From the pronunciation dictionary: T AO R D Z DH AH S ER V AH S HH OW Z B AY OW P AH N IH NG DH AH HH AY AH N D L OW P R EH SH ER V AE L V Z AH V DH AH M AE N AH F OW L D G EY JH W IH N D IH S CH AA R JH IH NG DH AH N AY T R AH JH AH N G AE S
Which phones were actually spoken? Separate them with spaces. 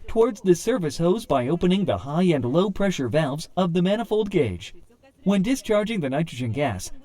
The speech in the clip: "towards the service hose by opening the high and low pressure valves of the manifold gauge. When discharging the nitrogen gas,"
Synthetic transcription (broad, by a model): T AO R D Z DH AH S ER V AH S HH OW Z B AY OW P AH N IH NG DH AH HH AY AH N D L OW P R EH SH ER V AE L V Z AH V DH AH M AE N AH F OW L D G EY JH W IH N D IH S CH AA R JH IH NG DH AH N AY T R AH JH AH N G AE S